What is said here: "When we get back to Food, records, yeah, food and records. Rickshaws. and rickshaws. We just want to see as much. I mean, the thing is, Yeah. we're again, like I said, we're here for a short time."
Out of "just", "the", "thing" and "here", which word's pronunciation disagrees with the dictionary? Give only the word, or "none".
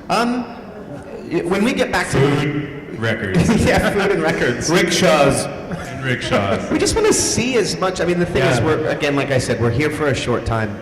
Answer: none